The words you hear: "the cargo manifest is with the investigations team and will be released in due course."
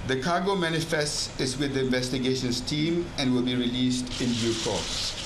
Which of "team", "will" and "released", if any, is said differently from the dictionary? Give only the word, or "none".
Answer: none